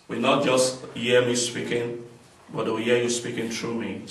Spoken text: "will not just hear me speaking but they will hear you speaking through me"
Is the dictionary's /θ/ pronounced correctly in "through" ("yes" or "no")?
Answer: no